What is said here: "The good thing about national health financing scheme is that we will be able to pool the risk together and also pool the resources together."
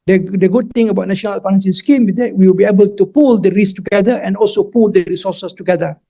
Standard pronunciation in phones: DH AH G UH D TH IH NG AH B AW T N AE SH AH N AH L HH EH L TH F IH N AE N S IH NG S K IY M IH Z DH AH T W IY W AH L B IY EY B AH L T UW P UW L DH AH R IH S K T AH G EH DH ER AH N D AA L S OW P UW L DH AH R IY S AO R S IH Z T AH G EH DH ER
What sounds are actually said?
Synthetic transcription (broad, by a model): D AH G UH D T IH NG AH B AW T N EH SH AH N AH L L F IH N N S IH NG S K IY M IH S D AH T W IY W AH L B IY EY B AH L T UW P UW L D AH R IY S T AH G EH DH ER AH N AA L S OW P UW L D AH R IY S AO S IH S T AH G EH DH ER